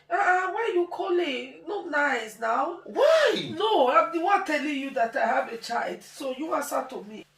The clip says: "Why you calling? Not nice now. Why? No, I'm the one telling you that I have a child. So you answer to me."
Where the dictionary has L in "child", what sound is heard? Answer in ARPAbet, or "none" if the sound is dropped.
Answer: L